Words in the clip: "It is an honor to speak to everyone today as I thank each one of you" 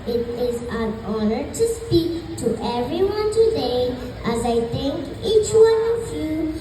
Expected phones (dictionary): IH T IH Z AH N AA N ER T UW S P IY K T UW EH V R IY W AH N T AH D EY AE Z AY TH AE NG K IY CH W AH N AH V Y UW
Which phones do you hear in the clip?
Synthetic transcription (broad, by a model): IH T IH Z AH N AA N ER T UW S P IY K T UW EH V R IY W AH N T AH D EY AE Z AY T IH NG K IY CH W AH N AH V Y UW